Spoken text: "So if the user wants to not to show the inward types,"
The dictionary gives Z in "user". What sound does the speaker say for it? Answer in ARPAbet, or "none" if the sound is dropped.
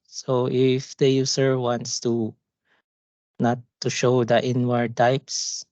S